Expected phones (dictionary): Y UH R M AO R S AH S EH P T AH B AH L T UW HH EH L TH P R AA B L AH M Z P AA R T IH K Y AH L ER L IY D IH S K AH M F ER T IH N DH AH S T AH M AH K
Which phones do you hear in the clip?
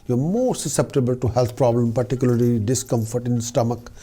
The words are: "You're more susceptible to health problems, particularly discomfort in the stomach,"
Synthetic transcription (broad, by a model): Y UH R M AO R S AH S EH P T AH B AH L T UW HH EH L T P R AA B L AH M P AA R T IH K Y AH L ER L IY D IH S K AH M F ER T IH N S T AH M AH K